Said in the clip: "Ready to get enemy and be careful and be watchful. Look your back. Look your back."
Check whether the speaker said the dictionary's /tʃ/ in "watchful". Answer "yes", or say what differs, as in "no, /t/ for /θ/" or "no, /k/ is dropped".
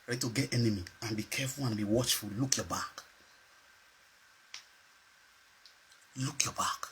yes